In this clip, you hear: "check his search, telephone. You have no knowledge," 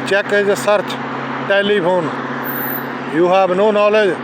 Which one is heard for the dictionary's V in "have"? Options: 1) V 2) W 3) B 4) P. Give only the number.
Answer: 3